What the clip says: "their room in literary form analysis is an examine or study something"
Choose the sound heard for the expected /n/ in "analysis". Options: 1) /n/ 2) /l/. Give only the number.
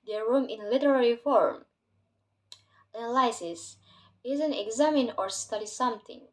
2